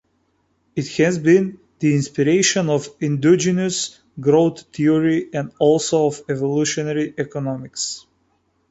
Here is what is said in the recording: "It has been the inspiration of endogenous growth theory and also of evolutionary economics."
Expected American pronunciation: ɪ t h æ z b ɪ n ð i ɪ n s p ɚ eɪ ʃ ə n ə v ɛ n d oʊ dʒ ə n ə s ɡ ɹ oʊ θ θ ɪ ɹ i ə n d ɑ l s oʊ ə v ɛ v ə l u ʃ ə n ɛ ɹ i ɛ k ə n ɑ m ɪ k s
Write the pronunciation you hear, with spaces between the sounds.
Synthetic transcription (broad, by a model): ɪ t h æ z b ɪ n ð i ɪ n s p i eɪ ʃ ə n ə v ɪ n d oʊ dʒ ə n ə s ɡ ɹ oʊ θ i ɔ ɹ i ə n d ɑ l s oʊ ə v ɛ v ə l u ʃ ə n ɛ ɹ i ɛ k ə n ɑ m ɪ k s